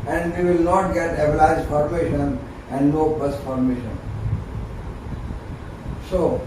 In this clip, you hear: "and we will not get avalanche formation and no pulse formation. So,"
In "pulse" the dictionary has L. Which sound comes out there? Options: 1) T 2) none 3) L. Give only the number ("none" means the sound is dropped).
2